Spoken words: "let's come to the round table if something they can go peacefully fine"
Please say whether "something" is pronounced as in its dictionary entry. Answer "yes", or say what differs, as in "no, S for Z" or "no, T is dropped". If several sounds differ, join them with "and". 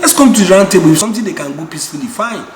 no, T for TH